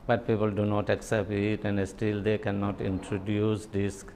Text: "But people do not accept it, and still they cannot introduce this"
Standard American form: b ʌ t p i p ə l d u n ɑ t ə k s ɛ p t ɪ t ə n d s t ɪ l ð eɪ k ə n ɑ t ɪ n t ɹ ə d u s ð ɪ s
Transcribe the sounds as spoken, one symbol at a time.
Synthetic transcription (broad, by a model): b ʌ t p i p ə l d u n ɑ t ə k s ɛ p t ɪ t ə n d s t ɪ l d eɪ k ə n ɑ t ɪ n t ɹ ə d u s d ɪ s